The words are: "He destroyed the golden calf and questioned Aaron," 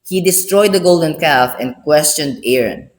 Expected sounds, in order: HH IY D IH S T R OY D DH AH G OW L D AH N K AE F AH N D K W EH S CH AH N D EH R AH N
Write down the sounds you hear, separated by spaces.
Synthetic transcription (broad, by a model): HH IY D IH S T R OY D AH G OW L D AH N K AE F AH N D K W EH S CH AH N D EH R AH N